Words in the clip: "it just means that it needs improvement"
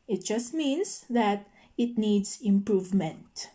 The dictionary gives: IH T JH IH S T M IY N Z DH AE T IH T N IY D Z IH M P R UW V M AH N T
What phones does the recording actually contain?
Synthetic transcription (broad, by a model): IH T JH IH S T M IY N S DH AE T IH T N IY D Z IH M P R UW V M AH N T